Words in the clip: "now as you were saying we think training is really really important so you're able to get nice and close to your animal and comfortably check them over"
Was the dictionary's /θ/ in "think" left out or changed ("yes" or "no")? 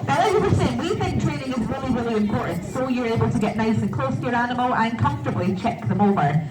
no